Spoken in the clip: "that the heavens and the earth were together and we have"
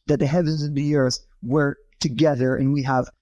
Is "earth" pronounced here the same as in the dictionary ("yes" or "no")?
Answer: yes